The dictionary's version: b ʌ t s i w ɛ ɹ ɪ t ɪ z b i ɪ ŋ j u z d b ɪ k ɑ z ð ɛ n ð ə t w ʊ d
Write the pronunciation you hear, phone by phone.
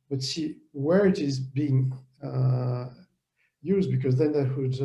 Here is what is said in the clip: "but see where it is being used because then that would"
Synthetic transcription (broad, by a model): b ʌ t s i w ɛ ɹ ɪ t ɪ z b i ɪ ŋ j u z d b ɪ k ɑ z ð ɛ n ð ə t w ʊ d